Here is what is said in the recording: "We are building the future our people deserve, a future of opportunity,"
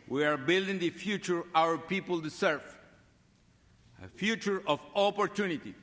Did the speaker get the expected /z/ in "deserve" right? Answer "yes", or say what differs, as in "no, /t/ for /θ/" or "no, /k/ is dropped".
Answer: no, /s/ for /z/